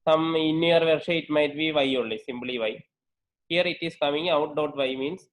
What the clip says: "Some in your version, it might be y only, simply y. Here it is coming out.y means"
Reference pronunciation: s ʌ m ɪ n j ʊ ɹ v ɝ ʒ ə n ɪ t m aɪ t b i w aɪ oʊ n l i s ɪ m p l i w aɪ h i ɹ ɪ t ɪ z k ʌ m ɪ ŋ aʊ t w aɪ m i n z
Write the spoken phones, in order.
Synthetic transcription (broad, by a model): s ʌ m ɪ n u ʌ ɹ v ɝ ʃ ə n ɪ t m aɪ t b i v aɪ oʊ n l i s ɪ m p l i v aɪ h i ɹ ɪ t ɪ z k ʌ m ɪ ŋ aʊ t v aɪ m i n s